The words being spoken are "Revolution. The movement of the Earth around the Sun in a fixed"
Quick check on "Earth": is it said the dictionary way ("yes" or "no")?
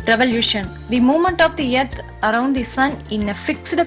no